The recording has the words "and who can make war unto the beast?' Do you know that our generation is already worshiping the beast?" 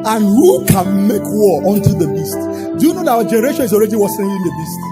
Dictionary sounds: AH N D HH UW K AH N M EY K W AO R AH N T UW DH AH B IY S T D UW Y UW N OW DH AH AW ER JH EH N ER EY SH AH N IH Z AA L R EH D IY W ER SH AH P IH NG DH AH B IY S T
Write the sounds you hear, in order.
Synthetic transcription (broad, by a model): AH N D HH UW K AH N M EY K W AO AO N T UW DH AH B IY S T D UW Y UW N OW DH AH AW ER JH EH N ER EY SH AH N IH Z AA L R EH D IY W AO S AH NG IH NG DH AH B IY S T